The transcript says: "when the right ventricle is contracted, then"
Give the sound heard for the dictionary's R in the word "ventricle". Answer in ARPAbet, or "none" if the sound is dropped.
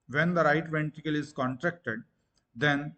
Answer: none